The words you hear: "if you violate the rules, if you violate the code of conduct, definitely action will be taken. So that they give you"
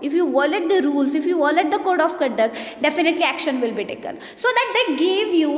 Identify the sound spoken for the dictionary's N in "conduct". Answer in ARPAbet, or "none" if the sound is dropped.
none